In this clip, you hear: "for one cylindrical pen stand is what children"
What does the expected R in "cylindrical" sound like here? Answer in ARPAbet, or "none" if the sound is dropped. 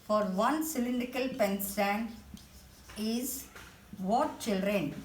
none